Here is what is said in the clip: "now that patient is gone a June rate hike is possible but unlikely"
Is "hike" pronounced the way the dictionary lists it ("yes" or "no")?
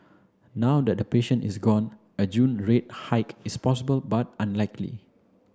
yes